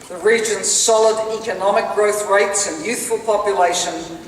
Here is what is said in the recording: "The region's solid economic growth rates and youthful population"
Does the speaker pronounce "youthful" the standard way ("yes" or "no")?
yes